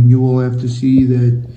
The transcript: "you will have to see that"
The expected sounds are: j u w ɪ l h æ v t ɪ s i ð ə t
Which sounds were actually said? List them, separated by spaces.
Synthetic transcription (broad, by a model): j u w ɪ l h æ f t ɪ s i ð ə t